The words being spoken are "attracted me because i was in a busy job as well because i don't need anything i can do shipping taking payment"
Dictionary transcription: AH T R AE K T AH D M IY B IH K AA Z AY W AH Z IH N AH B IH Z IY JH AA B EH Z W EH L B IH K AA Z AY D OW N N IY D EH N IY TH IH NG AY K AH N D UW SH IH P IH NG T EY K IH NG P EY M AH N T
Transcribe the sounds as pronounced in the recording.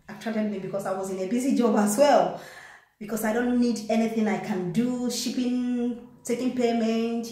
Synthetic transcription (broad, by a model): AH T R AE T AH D M IY B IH K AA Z AY W AH Z IH N AH B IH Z IY JH AA B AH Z W EH L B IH K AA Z AY D OW N N IY D EH N IY TH IH NG AY K AH N D UW SH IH P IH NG T EY K IH NG P EY M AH N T